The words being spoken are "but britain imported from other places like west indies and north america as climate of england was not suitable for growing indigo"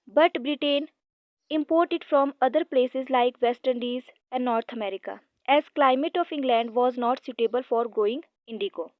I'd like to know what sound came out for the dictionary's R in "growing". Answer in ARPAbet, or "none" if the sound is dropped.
none